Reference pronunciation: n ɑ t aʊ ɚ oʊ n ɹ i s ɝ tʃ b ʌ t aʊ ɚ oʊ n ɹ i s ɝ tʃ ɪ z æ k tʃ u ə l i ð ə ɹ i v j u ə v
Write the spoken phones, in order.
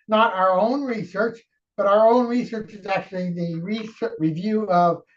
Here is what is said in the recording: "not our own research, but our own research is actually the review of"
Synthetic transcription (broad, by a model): n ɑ t aʊ ɚ oʊ n ɹ i s ɝ tʃ b ʌ t aʊ ɚ oʊ n ɹ i s ɝ tʃ ɪ z æ k tʃ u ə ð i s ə ɹ i v j u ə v